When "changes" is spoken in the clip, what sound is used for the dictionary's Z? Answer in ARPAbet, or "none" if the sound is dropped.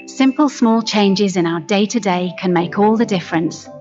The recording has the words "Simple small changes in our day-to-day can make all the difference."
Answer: Z